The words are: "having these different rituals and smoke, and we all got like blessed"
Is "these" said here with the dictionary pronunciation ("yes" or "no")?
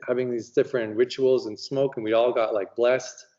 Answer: yes